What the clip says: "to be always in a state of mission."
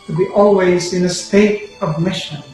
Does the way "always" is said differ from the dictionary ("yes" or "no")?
no